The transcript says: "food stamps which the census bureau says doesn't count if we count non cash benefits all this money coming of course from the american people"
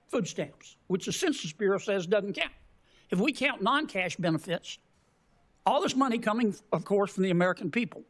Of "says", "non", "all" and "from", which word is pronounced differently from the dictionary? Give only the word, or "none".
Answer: none